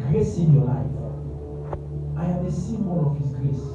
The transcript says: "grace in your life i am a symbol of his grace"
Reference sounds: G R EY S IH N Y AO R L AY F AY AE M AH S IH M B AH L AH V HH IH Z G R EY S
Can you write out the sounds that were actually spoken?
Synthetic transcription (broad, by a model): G R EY S IH N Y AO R L AY F AY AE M AH S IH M AH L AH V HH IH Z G R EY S